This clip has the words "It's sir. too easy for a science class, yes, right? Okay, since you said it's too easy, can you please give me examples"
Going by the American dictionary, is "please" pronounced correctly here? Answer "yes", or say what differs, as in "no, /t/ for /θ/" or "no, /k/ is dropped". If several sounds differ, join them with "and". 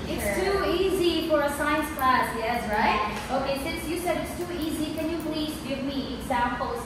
yes